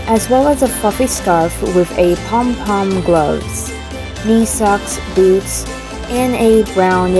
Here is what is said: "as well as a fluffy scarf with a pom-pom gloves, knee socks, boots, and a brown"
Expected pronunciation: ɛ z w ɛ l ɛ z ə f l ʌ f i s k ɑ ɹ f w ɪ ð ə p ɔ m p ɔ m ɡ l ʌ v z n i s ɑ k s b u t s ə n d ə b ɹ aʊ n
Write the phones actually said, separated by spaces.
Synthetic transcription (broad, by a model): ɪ z w ɛ l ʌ z ə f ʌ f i s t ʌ f w ɪ ð ə p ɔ m p ɔ m ɡ l ʌ v z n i s ɑ k s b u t s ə n ə b ɹ aʊ n